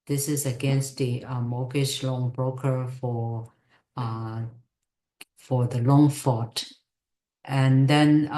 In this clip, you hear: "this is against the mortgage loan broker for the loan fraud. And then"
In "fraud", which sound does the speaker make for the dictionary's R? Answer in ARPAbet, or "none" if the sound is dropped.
none